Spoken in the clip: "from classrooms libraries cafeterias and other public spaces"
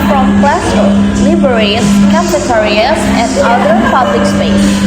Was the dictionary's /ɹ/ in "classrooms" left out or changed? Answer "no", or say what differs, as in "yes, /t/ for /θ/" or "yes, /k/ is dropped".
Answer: yes, /ɹ/ is dropped